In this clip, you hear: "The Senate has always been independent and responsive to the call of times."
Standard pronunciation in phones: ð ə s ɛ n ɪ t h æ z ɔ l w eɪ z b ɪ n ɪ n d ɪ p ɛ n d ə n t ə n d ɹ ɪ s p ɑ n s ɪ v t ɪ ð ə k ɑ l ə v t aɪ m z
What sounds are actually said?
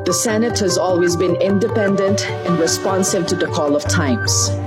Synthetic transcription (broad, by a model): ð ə s ɛ n ɪ t h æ z ɔ l w eɪ z b ɪ n ɪ n d ɪ p ɛ n d ə n t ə n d ɹ ɪ s p ɑ n s ɪ v t ɪ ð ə k ɑ l ə v t aɪ m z